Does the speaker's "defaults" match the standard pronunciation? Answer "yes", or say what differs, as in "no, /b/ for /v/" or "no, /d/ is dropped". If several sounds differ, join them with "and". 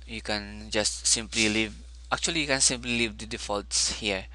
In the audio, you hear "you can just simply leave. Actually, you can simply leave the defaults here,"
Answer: yes